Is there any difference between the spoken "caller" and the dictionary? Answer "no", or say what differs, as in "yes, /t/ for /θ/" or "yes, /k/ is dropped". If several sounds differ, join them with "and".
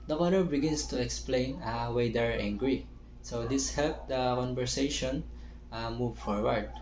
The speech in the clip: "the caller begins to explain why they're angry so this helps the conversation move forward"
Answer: yes, /n/ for /l/